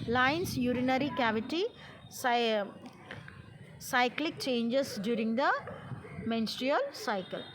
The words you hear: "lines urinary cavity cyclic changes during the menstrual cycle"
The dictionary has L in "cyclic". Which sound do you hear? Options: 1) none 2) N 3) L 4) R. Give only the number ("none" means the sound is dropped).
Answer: 3